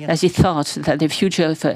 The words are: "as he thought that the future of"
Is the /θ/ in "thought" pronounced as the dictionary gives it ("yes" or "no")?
yes